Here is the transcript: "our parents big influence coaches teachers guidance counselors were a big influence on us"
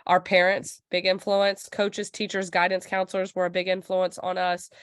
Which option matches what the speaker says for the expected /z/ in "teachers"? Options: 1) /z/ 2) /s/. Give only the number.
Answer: 1